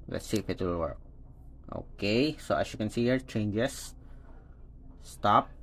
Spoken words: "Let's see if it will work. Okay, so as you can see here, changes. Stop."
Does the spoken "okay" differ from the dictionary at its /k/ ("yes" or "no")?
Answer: no